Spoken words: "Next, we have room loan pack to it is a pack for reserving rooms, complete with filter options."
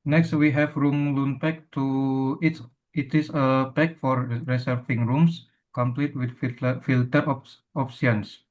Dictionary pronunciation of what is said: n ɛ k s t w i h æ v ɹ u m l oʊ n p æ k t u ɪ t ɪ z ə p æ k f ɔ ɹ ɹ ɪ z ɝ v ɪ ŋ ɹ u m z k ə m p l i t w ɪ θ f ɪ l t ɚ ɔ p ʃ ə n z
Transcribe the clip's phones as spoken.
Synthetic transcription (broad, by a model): n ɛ k s t w i h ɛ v ɹ u m l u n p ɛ k t u ɪ t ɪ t ə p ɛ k f ɔ ɹ ɹ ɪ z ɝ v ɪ ŋ ɹ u m s k ə m p l i t w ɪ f f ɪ l t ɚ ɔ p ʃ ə n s